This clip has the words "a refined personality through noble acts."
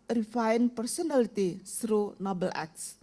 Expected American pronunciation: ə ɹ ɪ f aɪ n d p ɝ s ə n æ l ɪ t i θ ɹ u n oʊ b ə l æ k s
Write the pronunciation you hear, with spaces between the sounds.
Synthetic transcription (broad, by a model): ɹ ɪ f aɪ n p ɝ s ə n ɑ l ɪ t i s ɹ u n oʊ b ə l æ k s